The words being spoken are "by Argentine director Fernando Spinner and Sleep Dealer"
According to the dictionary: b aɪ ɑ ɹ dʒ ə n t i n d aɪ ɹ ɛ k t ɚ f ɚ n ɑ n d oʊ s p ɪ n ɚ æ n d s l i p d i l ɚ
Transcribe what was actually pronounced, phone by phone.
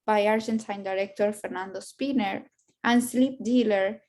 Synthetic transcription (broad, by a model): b aɪ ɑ ɹ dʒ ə n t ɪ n d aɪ ɹ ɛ k t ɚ f ɚ n ɑ n d oʊ s p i n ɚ æ n d s l i p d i l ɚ